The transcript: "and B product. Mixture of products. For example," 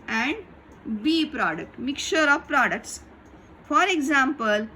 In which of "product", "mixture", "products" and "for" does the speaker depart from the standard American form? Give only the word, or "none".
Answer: mixture